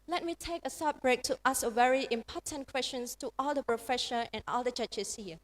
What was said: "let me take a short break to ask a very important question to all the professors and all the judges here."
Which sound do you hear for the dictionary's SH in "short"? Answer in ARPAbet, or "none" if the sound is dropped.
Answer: S